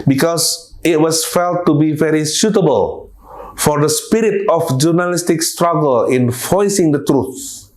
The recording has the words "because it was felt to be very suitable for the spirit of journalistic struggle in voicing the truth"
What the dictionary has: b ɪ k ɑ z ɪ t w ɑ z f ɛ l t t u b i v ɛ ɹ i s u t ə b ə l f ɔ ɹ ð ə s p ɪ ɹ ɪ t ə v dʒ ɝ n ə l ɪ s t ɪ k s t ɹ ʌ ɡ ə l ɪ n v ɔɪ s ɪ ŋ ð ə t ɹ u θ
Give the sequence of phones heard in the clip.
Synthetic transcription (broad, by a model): b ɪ k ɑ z ɪ t w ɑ s f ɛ l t t u b i v ɛ ɹ i s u t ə b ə l f ɔ ɹ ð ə s p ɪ ɹ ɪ t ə f dʒ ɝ n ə l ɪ s t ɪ k s t ɹ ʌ ɡ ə l ɪ n f ɔɪ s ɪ ŋ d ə t ɹ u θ